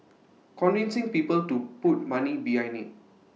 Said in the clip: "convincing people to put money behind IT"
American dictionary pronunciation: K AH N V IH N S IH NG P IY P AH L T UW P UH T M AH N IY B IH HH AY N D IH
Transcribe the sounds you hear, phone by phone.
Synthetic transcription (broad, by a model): K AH N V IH N S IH NG P IY P AH L T UW P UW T M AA N IY B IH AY N IH